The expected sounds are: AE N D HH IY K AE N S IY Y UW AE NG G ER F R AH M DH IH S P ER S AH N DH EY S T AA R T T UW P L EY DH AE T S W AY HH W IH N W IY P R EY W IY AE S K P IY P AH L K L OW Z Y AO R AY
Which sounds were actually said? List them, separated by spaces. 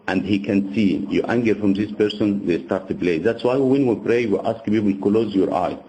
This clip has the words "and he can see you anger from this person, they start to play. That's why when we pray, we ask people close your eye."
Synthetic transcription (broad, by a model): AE N D HH IY K AE N S IY Y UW AE NG G ER F R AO M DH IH S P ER S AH N DH EY S T AA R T T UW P L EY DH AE T S W AY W W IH N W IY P R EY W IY AE S K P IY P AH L K L OW Z Y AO R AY